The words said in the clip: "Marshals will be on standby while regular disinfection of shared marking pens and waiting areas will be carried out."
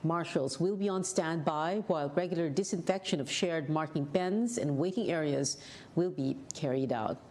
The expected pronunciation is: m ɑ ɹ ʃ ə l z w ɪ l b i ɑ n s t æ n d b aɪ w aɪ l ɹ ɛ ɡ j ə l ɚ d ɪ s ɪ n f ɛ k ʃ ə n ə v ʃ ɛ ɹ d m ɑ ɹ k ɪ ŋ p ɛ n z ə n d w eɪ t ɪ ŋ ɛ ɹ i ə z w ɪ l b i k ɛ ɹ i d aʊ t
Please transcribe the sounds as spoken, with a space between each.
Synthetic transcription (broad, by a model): m ɑ ɹ ʃ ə l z w ɪ l b i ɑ n s t æ n d b aɪ w aɪ l ɹ ɛ ɡ j l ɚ d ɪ s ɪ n f ɛ k ʃ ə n ə v ʃ ɛ ɹ d m ɑ ɹ k ɪ ŋ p ɛ n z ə n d w eɪ t ɪ ŋ ɛ ɹ i ə z w ɪ l b i k ɛ ɹ i d aʊ t